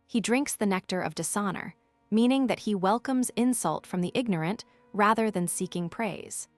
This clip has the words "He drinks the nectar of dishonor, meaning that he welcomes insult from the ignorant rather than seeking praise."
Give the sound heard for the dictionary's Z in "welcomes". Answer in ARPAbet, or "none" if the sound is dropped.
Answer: Z